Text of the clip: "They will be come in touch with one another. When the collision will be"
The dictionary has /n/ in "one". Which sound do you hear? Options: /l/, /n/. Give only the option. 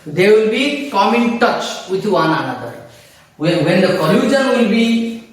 /n/